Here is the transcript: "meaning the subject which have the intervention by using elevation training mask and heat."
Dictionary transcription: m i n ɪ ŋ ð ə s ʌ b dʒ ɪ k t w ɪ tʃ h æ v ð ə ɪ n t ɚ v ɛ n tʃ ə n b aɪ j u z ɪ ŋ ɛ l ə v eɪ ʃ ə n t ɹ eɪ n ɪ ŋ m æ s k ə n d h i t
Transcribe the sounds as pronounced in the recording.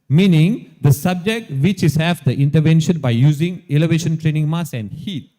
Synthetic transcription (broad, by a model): m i n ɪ ŋ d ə s ʌ b dʒ ɪ k t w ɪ tʃ h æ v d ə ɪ n t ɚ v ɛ n ʃ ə n b aɪ j u z ɪ ŋ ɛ l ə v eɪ ʃ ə n t ɹ eɪ n ɪ ŋ m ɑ s ə n d h i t